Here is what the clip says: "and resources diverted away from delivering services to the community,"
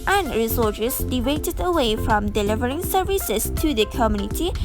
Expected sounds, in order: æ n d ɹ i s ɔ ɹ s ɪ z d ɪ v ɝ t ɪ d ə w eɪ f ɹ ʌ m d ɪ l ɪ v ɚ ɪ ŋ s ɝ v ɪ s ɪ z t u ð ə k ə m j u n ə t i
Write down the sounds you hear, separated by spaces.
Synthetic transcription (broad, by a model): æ n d ɹ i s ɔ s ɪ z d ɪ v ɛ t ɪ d ə w eɪ f ɹ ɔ m d ɪ l ɪ v ɚ ɪ ŋ s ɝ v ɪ s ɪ s t u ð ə k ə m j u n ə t i